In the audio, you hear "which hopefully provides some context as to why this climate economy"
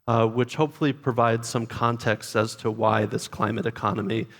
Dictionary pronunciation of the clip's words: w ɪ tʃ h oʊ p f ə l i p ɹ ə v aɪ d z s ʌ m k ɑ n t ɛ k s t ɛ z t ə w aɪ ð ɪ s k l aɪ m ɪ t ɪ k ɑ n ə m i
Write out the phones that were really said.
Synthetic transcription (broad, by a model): w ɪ tʃ h oʊ p f l i p ɹ ə v aɪ d z s ʌ m k ɑ n t ɛ k s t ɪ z t ə w aɪ ð ɪ s k l aɪ m ɪ t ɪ k ɑ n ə m i